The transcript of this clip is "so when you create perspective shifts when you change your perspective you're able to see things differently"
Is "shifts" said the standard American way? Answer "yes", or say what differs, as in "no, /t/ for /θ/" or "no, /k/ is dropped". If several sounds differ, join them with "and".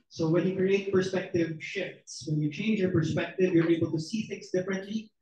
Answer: yes